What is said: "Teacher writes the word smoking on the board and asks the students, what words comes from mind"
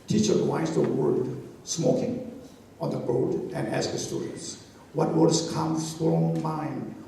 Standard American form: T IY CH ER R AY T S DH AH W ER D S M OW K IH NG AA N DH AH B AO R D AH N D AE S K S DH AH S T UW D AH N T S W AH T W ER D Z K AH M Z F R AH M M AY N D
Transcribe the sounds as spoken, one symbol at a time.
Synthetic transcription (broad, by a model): T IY CH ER W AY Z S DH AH W ER D S M OW K IH NG AA N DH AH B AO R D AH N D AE S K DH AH S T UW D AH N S W AH T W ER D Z K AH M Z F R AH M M AY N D